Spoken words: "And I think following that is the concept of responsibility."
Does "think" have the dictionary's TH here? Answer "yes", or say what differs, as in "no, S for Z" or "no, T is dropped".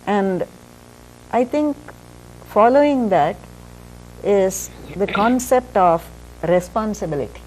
no, T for TH